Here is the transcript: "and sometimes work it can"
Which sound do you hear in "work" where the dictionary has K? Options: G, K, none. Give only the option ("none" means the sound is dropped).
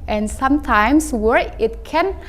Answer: none